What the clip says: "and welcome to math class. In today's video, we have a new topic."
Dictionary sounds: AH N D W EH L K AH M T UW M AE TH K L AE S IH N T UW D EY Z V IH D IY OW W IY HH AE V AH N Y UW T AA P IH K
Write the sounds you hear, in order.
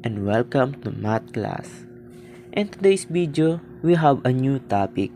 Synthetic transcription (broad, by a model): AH N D W EH L K AH M T UW M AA T K L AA S IH N T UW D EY S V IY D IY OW W IY HH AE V AH N Y UW T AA P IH K